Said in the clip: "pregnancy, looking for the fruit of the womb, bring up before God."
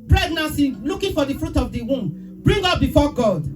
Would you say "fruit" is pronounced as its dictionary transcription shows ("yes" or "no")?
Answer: yes